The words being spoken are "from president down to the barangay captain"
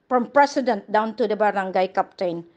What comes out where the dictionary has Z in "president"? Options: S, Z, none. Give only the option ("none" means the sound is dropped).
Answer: S